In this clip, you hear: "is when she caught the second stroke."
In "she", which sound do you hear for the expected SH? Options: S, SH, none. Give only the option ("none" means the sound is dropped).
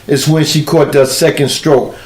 SH